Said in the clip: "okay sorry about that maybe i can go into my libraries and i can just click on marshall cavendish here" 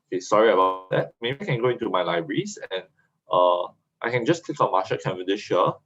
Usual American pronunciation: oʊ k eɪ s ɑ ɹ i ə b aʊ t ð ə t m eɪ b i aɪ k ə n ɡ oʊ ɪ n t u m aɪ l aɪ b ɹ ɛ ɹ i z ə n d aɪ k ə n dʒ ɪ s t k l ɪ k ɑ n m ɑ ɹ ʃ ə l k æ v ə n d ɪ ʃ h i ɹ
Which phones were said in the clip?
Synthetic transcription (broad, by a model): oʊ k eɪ s ɑ ɹ i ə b aʊ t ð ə t m eɪ b i aɪ k ə n ɡ oʊ ɪ n t u m aɪ l aɪ b ɹ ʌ ɹ i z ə n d aɪ k ə n dʒ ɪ s k l ɪ k ɑ n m ɑ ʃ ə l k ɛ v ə d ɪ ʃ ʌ